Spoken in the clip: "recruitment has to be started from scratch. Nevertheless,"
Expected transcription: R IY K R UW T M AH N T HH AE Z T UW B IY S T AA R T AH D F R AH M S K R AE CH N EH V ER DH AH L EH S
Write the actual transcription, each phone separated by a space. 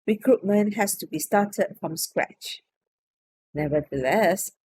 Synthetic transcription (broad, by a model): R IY K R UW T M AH N HH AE S T UW B IY S T AA T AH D F R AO M S K R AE CH N EH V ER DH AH L EH S